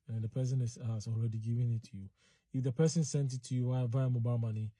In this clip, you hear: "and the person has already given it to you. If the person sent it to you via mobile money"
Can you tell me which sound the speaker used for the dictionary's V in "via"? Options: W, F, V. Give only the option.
W